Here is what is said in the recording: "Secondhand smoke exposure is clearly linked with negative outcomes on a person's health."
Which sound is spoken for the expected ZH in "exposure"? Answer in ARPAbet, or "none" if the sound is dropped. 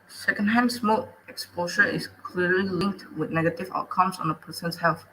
SH